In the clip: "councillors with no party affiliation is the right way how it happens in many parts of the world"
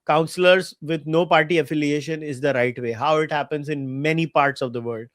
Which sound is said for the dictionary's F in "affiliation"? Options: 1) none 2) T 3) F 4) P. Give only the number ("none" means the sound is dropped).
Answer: 3